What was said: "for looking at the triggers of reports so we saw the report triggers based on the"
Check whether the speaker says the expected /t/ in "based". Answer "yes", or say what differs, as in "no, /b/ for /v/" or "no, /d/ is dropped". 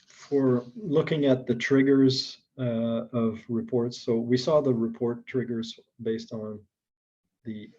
yes